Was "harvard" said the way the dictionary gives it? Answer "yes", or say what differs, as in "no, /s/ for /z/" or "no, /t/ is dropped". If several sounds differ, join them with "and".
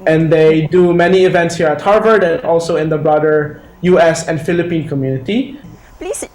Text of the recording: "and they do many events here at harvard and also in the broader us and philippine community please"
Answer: yes